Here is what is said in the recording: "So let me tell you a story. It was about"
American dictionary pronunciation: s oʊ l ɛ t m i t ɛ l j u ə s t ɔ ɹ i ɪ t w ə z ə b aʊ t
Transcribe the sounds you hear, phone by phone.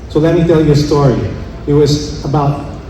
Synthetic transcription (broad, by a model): s oʊ l ɛ t m i t ɛ l j ə s t ɔ ɹ i ɪ t w ə z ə b aʊ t